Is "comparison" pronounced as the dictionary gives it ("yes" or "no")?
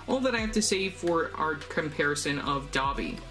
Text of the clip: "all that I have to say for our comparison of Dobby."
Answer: yes